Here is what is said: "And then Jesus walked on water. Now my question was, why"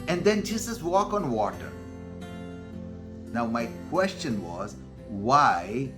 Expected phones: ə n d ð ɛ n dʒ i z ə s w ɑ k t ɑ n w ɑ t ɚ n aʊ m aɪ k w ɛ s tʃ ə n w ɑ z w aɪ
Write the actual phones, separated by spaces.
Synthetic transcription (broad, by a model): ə n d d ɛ n dʒ i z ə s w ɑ k ɑ n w ɑ t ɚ n aʊ m aɪ k w ɛ s tʃ ə n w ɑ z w aɪ